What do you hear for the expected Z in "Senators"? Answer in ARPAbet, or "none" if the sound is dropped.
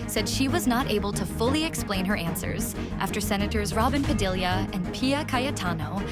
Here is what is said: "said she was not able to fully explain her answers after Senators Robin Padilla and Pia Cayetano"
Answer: Z